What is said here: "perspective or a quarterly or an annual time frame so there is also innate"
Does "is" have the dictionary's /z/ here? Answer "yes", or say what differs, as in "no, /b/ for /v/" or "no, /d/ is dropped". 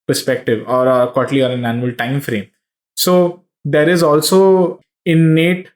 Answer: yes